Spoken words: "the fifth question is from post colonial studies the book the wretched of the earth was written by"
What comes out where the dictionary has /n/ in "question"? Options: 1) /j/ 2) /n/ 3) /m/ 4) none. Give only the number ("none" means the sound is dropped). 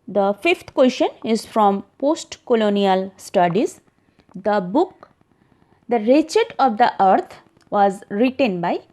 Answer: 2